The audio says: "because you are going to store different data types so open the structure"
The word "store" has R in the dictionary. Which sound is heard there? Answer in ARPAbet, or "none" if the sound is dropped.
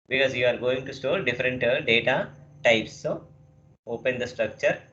L